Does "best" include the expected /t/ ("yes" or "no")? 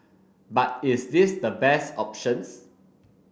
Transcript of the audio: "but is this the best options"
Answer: yes